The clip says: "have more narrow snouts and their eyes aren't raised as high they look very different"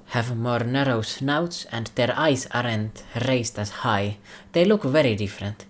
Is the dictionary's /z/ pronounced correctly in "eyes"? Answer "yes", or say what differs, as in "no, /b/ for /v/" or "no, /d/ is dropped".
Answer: no, /s/ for /z/